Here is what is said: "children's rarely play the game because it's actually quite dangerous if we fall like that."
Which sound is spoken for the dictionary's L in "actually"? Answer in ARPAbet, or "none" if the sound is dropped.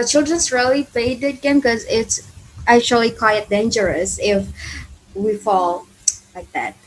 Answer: L